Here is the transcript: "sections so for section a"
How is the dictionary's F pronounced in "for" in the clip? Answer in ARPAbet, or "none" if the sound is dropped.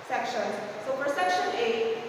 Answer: P